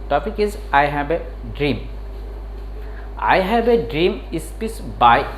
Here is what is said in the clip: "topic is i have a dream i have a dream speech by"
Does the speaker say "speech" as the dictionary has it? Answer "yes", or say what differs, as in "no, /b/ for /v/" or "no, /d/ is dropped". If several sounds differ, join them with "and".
no, /s/ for /tʃ/